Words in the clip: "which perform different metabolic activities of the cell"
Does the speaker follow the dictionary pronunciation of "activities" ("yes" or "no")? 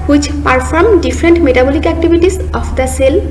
no